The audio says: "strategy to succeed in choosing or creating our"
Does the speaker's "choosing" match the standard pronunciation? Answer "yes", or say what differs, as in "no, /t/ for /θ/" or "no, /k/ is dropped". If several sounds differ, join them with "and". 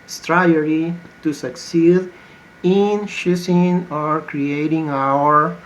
no, /ʃ/ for /tʃ/ and /s/ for /z/